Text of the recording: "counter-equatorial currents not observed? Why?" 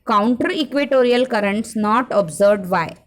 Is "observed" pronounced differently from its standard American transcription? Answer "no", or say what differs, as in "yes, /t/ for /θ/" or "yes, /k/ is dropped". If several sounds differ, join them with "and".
yes, /v/ is dropped